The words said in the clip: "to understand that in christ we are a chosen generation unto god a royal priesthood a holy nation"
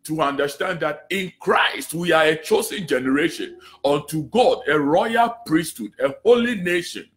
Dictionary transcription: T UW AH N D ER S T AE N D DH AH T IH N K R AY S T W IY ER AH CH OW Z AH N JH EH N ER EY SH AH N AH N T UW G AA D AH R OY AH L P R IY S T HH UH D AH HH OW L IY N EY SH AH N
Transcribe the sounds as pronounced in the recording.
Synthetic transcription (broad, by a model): T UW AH N D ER S T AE N D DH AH T IH N K R AY S T W IY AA AH CH OW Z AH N JH EH N ER EY SH AH N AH N T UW G AA D AH R OY AH L P R IY S T HH UH D AH HH OW L IY N EY SH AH N